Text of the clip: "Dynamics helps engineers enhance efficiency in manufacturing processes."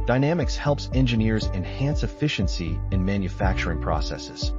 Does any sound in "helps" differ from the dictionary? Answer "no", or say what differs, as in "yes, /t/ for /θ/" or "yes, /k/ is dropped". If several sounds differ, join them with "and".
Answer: no